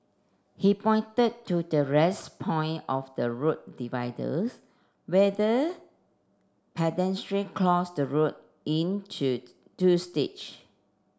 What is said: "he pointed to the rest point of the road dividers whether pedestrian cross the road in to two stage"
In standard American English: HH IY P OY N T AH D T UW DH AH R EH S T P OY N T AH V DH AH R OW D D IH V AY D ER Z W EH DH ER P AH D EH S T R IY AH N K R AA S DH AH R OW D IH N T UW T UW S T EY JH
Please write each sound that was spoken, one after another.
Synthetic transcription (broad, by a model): HH IY P OY N T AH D T UW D AH R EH S P OY N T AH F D AH R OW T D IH V AY D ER S W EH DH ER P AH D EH S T R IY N K L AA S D AH R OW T IH N T UW T UW S T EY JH